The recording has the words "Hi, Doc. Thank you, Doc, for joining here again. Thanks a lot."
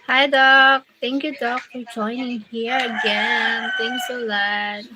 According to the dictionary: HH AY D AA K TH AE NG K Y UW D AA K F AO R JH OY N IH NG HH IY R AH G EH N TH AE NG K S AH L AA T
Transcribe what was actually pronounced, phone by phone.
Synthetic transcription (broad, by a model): HH AY D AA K T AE NG K Y UW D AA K F AO R JH OY N IH NG HH IY R AH G EH N T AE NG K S AH L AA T